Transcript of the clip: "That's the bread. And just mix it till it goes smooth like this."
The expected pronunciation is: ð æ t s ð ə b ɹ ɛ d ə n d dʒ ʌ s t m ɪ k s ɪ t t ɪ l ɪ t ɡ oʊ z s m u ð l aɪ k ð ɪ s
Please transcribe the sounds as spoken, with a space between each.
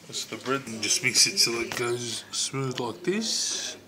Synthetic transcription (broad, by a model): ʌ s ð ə b ɹ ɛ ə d dʒ ʌ s t m ɪ k s ɪ t s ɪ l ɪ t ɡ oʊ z s m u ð l aɪ k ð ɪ s